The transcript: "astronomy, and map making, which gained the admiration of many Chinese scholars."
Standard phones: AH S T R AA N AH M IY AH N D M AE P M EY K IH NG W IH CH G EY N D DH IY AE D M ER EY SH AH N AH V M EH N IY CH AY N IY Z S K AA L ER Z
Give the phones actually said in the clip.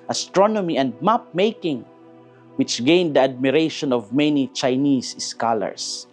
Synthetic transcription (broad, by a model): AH S T R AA N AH M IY AH N D M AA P M EY K IH NG W IH CH G EY N D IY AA D M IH EY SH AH N AH V M EH N IY CH AY N IY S S K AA L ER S